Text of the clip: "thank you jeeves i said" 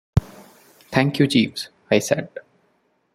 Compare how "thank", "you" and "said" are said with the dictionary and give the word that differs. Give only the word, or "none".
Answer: thank